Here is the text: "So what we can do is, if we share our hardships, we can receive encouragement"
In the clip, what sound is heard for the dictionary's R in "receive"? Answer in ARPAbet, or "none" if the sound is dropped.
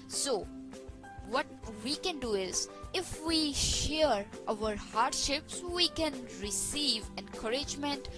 R